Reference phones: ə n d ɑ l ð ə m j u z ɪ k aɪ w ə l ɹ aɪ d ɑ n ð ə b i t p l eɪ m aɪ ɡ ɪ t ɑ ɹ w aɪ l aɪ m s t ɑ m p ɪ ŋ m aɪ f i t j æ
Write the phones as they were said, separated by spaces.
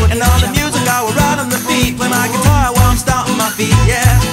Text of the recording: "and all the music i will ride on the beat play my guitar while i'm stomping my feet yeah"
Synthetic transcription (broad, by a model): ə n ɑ n ð ə m j u z ɪ k aɪ w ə ɹ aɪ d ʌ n ð ə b i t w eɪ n aɪ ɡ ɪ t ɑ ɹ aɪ w aɪ m s t ɑ p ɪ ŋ m aɪ f i t j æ